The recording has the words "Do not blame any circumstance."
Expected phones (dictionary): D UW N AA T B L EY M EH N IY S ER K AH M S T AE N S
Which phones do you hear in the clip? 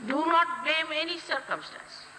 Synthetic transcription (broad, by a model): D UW N AA T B EY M EH N IY S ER K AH M S T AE N S